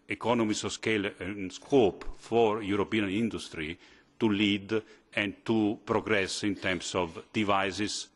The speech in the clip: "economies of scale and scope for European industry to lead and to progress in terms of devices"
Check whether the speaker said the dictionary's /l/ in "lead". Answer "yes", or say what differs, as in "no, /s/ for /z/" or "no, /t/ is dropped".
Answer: yes